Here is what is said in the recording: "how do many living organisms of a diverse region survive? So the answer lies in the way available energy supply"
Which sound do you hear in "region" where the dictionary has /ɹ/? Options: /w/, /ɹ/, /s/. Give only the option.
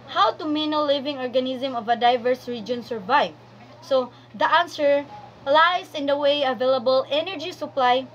/ɹ/